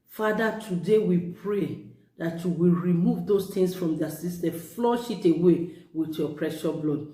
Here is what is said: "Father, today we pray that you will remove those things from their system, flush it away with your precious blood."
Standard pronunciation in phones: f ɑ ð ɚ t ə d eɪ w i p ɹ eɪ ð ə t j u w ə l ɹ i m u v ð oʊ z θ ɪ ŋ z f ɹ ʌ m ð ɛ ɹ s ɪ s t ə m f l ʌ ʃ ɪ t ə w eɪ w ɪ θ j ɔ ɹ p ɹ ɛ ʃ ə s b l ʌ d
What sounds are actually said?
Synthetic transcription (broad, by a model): f ɑ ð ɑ t ə d eɪ w i p ɹ eɪ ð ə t j u w ə l ɹ i m u v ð oʊ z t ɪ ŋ s f ɹ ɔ m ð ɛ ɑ s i s t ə f l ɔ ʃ ɪ t ə w eɪ w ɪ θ j ɔ p ɹ ɛ ʃ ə b l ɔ d